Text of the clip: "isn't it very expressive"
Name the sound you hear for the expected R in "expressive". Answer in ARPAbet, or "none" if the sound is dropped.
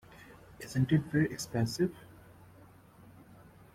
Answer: none